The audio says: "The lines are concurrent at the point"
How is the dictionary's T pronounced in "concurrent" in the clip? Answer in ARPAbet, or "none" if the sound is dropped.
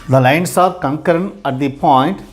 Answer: none